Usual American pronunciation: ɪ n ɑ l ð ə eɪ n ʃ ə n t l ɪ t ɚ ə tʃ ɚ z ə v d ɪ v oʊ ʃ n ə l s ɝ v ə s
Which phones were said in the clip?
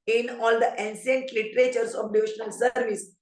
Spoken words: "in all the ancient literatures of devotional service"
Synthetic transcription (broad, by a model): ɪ n ɑ l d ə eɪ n s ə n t l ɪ t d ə tʃ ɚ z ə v d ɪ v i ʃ n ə l s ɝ v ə s